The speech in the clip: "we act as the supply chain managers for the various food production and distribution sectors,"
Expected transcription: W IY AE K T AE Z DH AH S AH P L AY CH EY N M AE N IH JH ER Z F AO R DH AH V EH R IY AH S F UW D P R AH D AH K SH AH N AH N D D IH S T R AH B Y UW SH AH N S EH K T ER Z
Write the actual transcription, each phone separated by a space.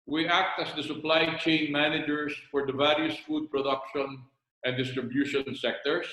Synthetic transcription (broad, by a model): W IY AE K T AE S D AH S AH P L AY CH EY N M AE N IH JH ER S F AO R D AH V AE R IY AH S F UW D P R AH D AH K SH AH N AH N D D IH S T R AH B Y UW SH AH N S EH K T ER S